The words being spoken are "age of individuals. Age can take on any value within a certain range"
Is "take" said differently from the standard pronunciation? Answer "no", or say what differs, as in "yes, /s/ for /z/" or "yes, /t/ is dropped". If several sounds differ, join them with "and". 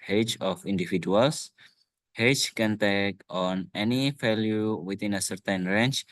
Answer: no